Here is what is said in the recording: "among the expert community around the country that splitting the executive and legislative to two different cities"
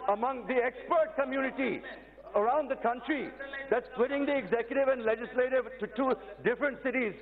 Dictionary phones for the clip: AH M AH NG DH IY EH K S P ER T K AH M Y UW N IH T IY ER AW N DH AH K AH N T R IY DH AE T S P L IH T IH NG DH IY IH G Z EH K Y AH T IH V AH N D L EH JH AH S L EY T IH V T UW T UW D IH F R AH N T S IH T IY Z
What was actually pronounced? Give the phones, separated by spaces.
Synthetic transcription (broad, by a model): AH M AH NG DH IY EH K S P ER T K AH M Y UW N IH T IY ER AW N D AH K AH N T R IY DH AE T S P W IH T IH NG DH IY IH G Z EH K Y AH T IH V AH N D L EH JH AH S L EY T IH V T UW T UW D IH F R AH N T S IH T IY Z